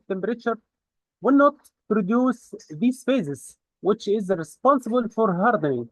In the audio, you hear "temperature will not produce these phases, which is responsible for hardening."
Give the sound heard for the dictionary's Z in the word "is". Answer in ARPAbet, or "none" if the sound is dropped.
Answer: Z